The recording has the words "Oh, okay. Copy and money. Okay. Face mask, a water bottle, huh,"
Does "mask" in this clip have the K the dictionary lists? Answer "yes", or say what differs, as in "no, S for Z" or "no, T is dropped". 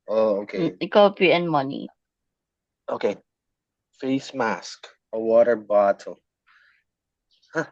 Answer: yes